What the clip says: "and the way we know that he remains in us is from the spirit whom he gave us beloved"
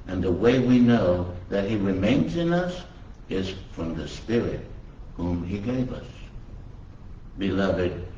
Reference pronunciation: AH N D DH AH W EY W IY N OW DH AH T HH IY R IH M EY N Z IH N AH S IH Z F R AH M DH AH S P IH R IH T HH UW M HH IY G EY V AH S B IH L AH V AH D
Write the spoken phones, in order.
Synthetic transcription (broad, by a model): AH N DH AH W EY W IY N OW DH AH T HH IY R IH M EY N Z IH N AH S IH Z F R AH M DH AH S P IH R IH T HH UW M IY G EY V AH S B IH L AH V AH D